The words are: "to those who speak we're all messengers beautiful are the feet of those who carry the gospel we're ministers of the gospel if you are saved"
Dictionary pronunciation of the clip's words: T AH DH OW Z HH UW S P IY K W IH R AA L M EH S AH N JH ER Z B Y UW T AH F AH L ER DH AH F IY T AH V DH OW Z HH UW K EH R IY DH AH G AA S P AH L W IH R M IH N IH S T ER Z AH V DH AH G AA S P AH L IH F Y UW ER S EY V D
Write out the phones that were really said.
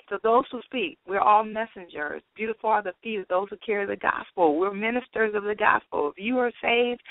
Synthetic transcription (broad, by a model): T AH DH OW Z HH UW S P IY K W IH R AA L M EH S AH N JH ER Z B Y UW T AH F L ER DH AH F IY T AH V DH OW Z HH UW K EH R IY DH AH G AA S P L W IH R M IH N IH S T ER Z AH V DH AH G AA S P L IH F Y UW ER S EY V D